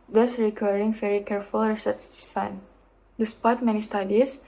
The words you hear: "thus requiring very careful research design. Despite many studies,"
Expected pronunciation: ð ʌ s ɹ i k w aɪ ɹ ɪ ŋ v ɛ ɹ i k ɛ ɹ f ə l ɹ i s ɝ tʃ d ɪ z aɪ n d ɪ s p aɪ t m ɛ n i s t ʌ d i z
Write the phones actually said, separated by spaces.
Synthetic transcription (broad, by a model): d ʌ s ɹ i k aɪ ɹ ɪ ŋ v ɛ ɹ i k ɛ ɹ f ə l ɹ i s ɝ s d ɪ s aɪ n d ɪ s p aɪ t m ɛ n i s t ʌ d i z